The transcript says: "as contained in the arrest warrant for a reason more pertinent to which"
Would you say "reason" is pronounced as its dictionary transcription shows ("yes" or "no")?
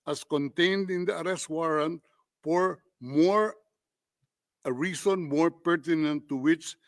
no